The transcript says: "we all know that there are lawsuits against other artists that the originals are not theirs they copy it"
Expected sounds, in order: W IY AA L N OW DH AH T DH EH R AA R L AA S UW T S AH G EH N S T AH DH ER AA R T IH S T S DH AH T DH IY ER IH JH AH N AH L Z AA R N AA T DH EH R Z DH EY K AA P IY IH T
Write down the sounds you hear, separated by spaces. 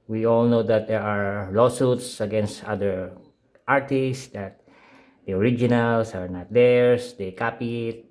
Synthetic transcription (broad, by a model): W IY AA L N OW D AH T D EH R AA R L AA S UW T S AH G EH N S T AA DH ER AA R T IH S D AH T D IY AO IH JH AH N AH L S AA R N AA T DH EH R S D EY K AA P IY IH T